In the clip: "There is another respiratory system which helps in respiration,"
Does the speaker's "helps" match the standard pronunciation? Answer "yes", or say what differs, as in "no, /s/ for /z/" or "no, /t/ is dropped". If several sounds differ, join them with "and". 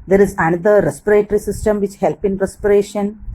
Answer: no, /s/ is dropped